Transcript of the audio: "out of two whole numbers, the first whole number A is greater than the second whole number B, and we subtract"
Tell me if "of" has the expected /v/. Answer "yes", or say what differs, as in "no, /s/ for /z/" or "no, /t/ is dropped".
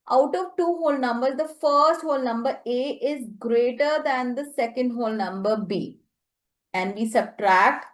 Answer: yes